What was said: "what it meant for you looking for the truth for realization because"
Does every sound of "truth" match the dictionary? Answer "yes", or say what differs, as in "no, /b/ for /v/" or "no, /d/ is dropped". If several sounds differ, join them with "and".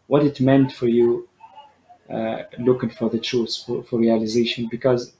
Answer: no, /f/ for /θ/